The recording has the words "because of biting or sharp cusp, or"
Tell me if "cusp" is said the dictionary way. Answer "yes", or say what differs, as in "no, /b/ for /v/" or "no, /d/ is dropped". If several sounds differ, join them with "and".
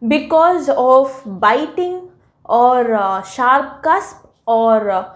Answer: yes